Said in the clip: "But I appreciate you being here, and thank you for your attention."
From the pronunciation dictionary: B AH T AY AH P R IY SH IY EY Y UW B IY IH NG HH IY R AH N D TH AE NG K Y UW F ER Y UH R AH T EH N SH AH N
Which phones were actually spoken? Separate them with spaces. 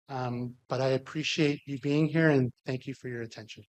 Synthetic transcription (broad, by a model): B AH T AY AH P R IY SH IY EY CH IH B IY IH NG HH IY R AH N TH AE NG K Y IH F ER Y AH R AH T EH N SH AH N